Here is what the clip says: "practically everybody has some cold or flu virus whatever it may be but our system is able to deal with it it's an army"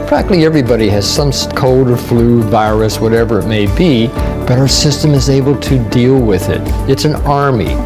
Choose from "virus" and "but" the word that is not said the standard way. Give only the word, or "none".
none